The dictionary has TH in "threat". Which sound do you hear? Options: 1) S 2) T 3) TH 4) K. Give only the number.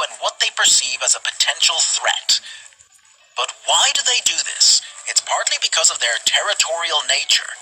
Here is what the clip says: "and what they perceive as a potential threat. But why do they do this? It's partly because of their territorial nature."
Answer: 3